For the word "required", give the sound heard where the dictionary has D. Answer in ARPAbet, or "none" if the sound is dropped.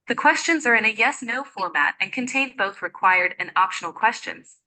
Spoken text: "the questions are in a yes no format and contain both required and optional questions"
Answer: D